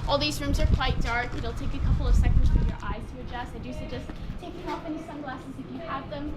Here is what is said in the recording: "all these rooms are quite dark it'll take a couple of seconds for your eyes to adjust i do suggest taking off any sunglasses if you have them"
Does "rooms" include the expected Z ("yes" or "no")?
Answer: yes